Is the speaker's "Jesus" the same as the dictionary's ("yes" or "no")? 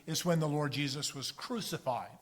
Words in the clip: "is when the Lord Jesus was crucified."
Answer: yes